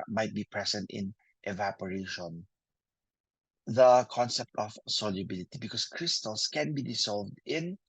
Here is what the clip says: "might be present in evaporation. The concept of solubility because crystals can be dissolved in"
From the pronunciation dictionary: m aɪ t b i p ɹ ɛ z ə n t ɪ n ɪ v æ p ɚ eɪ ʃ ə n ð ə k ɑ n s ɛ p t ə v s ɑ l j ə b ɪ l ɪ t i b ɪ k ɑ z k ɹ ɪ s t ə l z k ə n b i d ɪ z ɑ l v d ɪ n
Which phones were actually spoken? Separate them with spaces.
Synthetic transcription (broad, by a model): m aɪ t b i p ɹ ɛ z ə n t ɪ n ɪ v æ p ɚ eɪ ʃ ə n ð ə k ɑ n s ɛ p t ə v s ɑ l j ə b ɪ l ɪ t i b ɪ k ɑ s k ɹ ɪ s t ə l s k ə n b i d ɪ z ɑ l v d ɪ n